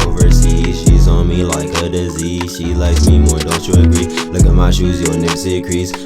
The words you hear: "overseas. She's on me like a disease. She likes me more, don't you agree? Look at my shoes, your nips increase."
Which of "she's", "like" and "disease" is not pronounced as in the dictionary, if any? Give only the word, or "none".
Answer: none